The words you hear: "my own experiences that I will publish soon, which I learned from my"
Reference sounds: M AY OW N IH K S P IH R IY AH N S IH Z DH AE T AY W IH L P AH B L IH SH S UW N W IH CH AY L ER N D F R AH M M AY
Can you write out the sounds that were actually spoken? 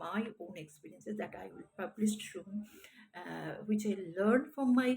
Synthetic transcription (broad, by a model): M AY OW N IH K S P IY R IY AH N S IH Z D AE T AY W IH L P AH B L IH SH SH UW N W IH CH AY L ER N D F R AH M M AY